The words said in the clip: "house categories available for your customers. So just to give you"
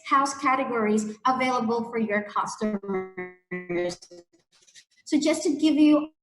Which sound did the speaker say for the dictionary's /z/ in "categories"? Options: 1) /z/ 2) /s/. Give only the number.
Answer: 1